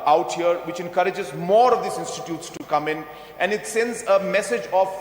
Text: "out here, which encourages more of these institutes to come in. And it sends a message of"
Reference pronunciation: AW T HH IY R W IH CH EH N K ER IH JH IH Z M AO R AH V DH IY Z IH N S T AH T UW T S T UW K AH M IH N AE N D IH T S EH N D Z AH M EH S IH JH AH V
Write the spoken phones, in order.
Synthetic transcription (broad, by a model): AW T HH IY R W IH CH EH N K ER IH JH IH Z M AO R AH V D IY S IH N S T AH T UW T S T UW K AH M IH N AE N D IH T S EH N D Z AH M EH S IH JH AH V